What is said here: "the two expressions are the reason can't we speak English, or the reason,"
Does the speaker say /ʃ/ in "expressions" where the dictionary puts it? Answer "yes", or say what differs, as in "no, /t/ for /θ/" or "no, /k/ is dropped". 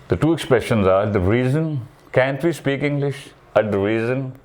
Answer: yes